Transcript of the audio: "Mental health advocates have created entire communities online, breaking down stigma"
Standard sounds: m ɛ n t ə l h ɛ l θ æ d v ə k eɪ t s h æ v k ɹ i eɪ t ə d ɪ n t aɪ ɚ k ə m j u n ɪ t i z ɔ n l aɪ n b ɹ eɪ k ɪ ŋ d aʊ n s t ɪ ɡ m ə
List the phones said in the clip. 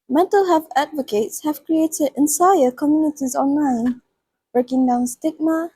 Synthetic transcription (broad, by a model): m ɛ n t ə l h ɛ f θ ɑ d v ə k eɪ t s h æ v k ɹ i eɪ t ə d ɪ n s aɪ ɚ k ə m j u n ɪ t i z ɔ n l aɪ n b ɹ eɪ k ɪ ŋ d aʊ n s t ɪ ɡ m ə